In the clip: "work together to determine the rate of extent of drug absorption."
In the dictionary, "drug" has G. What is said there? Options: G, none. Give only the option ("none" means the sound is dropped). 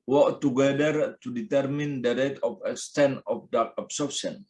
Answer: none